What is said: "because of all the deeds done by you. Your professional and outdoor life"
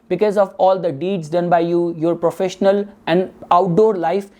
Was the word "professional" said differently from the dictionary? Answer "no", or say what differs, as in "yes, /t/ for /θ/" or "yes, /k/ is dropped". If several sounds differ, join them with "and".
no